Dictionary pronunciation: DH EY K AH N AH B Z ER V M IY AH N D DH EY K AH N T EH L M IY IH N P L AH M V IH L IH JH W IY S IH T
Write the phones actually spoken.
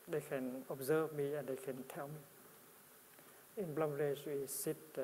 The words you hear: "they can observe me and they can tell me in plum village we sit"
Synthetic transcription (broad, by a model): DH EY K AH N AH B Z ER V M IY AH N D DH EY K AH N T EH L M IY IH N B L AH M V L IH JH W IY S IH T